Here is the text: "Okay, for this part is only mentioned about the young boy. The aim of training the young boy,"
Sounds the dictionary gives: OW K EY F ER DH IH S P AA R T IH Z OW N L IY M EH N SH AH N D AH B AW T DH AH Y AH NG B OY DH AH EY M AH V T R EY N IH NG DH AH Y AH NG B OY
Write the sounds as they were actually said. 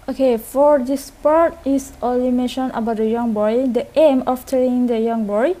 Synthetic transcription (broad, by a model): OW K EY F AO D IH S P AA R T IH S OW L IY M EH N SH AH N AH B AW T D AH Y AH NG B OY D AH EY M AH F T EY L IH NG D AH Y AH NG B OY